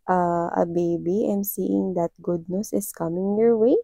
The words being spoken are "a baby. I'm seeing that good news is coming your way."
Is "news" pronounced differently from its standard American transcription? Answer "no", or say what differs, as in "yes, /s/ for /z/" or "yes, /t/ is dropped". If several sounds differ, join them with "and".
yes, /s/ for /z/